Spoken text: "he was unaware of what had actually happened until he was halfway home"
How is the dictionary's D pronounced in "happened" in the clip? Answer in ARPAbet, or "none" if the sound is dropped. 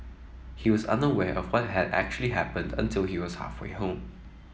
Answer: D